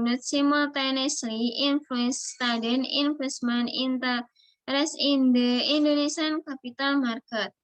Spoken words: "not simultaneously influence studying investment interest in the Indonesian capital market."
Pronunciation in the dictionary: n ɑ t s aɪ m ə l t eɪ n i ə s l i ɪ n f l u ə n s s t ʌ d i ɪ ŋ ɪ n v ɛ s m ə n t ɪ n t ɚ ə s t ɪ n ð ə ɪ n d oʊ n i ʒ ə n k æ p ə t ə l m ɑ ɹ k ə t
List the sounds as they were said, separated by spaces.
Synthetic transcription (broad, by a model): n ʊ t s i m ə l t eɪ n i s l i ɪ n f l u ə n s s t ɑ d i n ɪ n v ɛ s m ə n i n t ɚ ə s ɪ n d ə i n d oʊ n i s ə n k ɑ p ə t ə l m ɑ ɹ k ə t